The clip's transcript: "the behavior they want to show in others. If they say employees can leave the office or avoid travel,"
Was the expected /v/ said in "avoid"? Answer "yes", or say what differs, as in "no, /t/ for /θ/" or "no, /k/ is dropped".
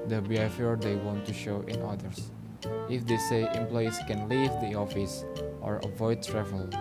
yes